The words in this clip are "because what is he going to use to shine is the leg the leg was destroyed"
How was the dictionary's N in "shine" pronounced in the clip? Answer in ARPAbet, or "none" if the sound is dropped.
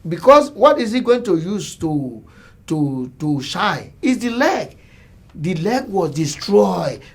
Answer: none